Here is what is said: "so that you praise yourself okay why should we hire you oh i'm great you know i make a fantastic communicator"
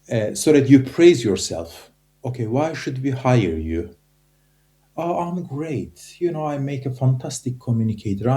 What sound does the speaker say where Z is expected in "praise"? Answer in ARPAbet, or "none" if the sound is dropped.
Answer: Z